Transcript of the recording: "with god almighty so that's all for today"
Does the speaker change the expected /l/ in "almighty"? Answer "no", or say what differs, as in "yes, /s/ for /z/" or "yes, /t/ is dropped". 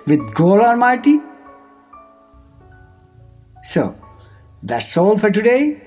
yes, /n/ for /l/